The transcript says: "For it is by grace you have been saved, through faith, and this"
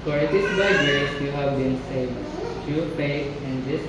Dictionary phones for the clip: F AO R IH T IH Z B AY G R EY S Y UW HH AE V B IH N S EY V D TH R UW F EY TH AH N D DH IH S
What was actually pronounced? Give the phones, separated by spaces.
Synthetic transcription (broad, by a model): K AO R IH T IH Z B AY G EY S Y UW HH AE V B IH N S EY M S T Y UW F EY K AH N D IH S